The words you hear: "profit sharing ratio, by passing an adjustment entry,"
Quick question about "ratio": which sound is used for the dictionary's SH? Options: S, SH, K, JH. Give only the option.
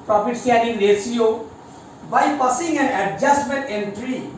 S